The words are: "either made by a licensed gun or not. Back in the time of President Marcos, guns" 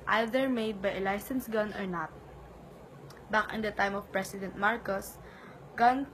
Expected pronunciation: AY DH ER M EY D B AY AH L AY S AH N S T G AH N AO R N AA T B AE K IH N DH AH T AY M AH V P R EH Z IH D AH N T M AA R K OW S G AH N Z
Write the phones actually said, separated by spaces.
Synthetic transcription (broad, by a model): AY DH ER M EY D B AY AH L AY S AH N S G AH N AO R N AA T B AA K IH N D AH T AY M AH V P R EH S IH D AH N T M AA R K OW S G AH N